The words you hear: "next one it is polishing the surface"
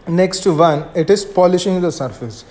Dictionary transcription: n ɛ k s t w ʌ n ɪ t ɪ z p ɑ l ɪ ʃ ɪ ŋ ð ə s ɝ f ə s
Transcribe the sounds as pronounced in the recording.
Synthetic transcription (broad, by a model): n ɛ k s t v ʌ n ɪ t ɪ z p ɑ l ɪ ʃ ɪ ŋ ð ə s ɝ f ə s